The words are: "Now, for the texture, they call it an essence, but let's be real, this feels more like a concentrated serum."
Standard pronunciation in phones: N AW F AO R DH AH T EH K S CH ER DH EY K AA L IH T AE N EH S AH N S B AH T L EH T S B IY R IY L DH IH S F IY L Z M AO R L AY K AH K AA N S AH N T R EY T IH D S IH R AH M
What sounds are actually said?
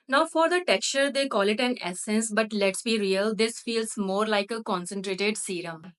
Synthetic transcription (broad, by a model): N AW F AO R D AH T EH K S CH ER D EY K AA L IH T AE N EH S AH N S B AH T L EH T S B IY R IY L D IH S F IY L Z M AO R L AY K AH K AA N S AH N T R EY T IH D S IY R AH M